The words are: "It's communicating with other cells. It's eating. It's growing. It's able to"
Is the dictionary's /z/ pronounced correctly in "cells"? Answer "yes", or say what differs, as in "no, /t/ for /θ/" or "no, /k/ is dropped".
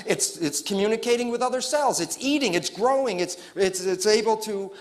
yes